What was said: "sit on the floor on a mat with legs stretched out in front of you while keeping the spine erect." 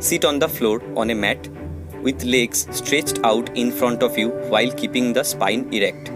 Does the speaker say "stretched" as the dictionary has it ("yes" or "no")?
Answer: yes